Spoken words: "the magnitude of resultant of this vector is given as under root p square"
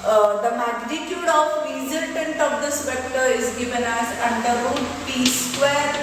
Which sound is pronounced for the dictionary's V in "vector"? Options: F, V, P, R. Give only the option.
P